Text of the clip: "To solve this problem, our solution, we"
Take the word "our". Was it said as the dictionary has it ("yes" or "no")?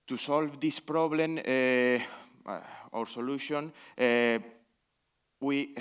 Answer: yes